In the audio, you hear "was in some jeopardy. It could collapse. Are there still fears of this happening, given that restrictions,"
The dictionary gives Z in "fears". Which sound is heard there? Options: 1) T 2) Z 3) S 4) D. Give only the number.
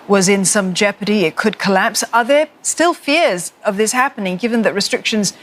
2